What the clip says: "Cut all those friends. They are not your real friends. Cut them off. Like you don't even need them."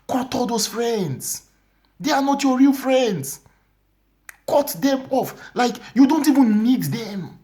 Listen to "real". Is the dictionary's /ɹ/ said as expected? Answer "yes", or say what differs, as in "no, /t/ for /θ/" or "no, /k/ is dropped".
yes